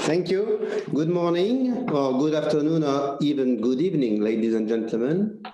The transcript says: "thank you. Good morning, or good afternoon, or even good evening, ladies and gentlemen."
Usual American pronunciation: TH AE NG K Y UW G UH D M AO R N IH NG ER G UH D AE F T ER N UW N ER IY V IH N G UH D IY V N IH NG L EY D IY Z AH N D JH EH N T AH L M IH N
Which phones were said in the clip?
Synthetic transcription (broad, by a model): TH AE NG K Y UW G UH D M AO R N IH NG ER G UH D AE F T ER N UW N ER IY V IH N G UH D IY V N IH NG L EY D IY Z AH N JH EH N T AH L M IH N